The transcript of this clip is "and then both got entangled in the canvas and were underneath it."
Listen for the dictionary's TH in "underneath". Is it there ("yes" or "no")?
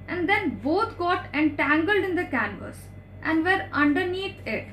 no